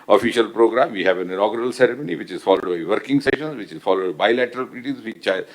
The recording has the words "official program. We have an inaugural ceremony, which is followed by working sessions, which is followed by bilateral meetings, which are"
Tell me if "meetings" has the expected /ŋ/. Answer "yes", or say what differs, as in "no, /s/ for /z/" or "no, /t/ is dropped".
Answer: no, /ŋ/ is dropped